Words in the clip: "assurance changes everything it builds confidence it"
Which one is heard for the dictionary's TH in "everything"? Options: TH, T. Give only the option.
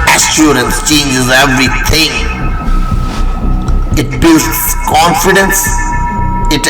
T